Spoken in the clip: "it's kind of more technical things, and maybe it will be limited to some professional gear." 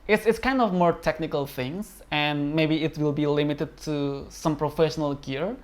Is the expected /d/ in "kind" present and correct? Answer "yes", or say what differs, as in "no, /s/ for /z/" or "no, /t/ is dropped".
yes